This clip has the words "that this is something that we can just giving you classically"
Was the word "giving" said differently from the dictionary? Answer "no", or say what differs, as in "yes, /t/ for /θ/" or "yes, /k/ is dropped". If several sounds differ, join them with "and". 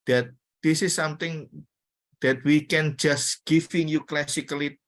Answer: yes, /f/ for /v/